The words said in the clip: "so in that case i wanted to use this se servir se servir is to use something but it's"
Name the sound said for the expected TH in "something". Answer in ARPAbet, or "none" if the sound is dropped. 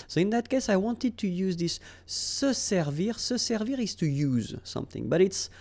TH